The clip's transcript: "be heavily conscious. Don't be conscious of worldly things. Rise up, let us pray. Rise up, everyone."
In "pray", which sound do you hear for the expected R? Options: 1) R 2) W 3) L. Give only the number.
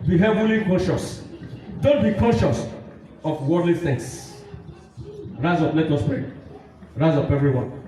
1